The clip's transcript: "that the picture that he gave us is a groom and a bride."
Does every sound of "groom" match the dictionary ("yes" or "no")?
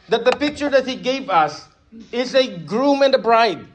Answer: yes